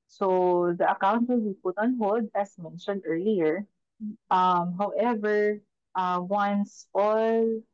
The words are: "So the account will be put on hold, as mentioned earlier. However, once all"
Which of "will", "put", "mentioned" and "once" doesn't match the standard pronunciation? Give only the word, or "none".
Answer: none